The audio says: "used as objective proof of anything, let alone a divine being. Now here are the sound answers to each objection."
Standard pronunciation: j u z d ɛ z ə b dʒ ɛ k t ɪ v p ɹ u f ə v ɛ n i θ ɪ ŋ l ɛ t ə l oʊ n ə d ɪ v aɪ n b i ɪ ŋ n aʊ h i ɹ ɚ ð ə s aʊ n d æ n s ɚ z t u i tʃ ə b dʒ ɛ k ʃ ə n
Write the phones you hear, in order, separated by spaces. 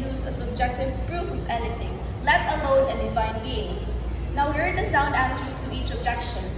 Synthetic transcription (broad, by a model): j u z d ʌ s ə b dʒ ɛ k t ɪ v p ɹ u f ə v ɛ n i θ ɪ ŋ l ɛ t ə l oʊ n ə d ɪ v aɪ n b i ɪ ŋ n aʊ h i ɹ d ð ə s aʊ n d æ n s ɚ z t u i tʃ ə b dʒ ɛ k ʃ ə n